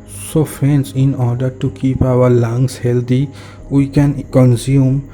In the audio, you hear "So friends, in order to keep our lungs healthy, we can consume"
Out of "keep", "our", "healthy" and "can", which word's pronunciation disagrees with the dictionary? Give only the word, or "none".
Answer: healthy